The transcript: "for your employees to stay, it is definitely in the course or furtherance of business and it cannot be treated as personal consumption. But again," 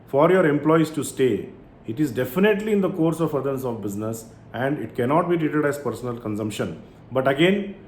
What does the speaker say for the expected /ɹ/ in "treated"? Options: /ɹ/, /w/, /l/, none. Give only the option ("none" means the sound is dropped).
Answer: /ɹ/